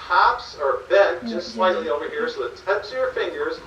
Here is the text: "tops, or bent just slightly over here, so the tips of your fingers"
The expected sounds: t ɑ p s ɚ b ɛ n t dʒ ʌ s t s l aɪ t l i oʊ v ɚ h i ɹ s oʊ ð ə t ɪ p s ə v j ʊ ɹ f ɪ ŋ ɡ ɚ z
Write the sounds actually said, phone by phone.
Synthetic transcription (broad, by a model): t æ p s ɚ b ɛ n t dʒ ʌ s t s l aɪ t l i oʊ v ɚ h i ɹ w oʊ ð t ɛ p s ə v j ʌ ɹ f ɪ ŋ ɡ ɚ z